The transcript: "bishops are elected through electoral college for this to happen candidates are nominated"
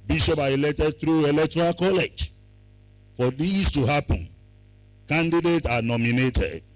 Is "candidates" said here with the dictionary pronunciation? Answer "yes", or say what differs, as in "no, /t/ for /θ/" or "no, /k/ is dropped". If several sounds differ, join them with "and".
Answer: no, /s/ is dropped